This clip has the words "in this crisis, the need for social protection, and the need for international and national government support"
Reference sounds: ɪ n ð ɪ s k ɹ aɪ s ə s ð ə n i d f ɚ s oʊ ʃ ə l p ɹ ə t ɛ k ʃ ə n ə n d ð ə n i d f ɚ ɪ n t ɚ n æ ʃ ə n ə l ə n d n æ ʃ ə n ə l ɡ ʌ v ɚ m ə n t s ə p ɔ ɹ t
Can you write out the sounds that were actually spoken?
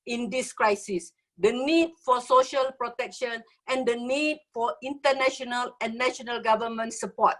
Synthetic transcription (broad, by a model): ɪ n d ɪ s k ɹ aɪ s ə s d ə n i d f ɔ s oʊ ʃ ə l p ɹ ə t ɛ k ʃ ə n ə n d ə n i d f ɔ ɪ n t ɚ n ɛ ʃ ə n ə l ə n n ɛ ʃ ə n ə l ɡ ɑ v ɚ m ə n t s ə p ɔ t